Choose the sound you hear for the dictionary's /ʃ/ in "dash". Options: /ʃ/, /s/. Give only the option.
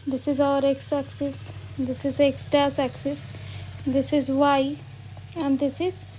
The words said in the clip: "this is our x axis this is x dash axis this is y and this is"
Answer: /s/